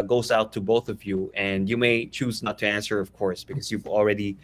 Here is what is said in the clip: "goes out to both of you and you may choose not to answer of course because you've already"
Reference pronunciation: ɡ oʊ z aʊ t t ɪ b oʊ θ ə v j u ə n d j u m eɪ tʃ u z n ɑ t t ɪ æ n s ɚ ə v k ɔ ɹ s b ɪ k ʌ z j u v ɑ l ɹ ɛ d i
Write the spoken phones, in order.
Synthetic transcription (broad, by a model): ɡ oʊ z aʊ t t ɪ b oʊ θ ə v j u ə n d j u m eɪ tʃ u z n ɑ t t ɪ æ n s ɚ ə v k ɔ ɹ s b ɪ k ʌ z j u v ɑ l ɹ ɛ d i